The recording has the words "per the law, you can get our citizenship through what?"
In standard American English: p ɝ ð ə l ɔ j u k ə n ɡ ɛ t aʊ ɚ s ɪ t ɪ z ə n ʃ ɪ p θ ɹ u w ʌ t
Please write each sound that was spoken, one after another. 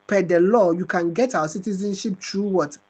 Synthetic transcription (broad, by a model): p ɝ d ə l ɔ j u k ə n ɡ ɛ t aʊ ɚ s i t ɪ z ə n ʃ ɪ p t ɹ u w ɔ t